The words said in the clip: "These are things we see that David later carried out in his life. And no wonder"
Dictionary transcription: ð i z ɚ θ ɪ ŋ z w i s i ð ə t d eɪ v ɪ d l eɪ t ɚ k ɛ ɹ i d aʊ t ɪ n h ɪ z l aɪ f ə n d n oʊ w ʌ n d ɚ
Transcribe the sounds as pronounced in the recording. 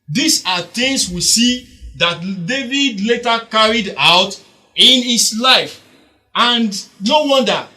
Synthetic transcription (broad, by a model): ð i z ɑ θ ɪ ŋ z w i s i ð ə t d eɪ v ɪ d l eɪ t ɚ k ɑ ɹ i d aʊ t ɪ n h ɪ s l aɪ f ə n d n oʊ w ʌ n d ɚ